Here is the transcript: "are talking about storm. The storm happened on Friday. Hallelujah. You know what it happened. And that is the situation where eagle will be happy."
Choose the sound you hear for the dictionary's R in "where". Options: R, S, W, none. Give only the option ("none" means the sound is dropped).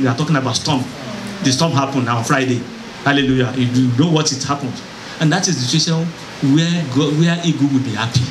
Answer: W